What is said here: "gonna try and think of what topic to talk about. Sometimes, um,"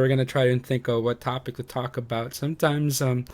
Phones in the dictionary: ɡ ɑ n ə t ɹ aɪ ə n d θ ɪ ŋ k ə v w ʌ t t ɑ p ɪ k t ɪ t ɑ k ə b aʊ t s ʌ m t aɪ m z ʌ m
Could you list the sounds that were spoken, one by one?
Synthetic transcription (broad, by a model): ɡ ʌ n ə t ɹ aɪ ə n θ ɪ ŋ k ə v w ʌ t t ɑ p ɪ k t ɪ t ɑ k ə b aʊ t s ʌ m t aɪ m z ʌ m